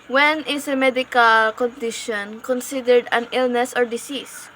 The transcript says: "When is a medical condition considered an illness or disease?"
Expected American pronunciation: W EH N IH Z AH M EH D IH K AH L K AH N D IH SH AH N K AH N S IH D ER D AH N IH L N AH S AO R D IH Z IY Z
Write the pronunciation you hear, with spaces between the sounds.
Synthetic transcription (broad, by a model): W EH N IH S AH M EH D IH K AH L K AH N D IH SH AH N K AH N S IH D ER D AH N IH L N AH S AO R D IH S IY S